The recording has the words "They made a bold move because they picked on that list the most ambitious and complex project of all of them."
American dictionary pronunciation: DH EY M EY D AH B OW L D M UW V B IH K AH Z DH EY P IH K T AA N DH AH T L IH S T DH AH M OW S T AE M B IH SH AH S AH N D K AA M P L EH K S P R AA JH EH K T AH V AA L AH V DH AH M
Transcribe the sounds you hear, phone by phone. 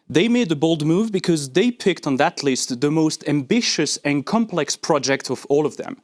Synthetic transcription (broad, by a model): DH EY M EY D AH B OW L D M UW V B IH K AH Z DH EY P IH K T N DH AH T L IH S T DH AH M OW S T AE M B IH SH AH S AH N K AA M P L EH K S P R AA JH EH K T AH V AA L AH V DH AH M